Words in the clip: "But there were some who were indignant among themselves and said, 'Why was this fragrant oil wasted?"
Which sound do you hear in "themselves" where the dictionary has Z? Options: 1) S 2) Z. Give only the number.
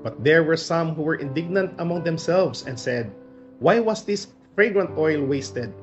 1